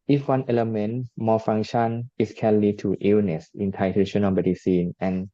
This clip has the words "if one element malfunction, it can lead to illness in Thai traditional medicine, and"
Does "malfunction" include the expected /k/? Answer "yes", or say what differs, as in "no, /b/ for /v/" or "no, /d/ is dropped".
no, /k/ is dropped